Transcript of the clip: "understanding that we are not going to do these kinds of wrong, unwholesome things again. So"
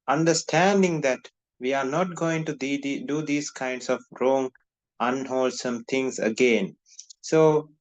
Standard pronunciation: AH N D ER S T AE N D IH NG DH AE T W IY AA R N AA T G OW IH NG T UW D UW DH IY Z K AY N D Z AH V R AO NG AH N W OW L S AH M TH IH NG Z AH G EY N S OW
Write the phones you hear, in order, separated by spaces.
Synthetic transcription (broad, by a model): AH N D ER S T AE N D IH NG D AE T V IY AA R N AA T G OW IH NG T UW D UW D IY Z K AY N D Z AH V R AO NG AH N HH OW L S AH M T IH NG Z AH G EY N S OW